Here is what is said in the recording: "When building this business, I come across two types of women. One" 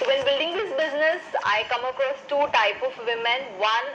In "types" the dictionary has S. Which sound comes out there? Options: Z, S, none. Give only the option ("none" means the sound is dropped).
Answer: none